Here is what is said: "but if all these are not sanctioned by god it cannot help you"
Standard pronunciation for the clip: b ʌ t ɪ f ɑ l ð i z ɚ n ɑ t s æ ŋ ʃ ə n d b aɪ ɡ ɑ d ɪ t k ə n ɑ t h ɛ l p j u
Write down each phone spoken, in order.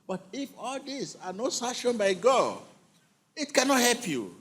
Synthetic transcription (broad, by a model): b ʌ t ɪ f ɑ l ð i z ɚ n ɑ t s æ ʃ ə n b aɪ ɡ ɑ ɪ t k ə n ɑ t h ɛ l p j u